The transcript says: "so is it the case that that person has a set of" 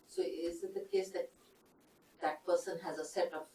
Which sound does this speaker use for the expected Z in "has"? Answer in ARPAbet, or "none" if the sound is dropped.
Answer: Z